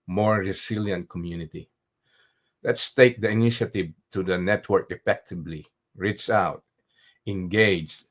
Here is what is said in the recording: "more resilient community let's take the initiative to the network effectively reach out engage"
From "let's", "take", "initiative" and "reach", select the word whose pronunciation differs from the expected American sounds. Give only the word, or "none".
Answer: reach